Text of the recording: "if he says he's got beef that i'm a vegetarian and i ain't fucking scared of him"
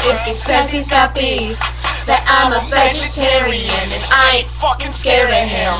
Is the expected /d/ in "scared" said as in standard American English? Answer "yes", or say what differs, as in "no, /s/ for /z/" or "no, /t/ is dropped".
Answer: no, /d/ is dropped